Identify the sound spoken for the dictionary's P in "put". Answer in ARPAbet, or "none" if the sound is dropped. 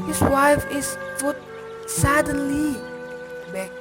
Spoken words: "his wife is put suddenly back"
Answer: F